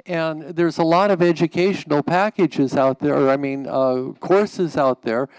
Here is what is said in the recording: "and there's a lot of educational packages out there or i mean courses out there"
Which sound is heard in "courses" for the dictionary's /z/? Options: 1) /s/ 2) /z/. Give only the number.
2